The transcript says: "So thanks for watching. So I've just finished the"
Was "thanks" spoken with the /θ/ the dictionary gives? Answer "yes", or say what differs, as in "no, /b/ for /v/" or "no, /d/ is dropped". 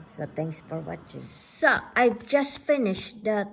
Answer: no, /t/ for /θ/